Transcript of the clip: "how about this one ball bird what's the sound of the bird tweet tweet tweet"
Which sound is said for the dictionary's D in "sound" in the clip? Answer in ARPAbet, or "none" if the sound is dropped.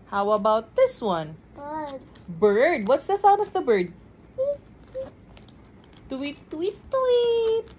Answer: none